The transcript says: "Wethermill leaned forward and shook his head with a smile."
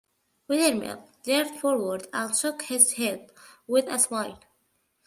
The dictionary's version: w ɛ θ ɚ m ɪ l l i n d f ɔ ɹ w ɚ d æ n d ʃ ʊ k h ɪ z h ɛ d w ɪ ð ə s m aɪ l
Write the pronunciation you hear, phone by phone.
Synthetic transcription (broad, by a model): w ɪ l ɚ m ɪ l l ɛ d f ɔ ɹ w ɚ d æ n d ʃ ʊ k h ɪ z h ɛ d w ɪ ð ə s m aɪ l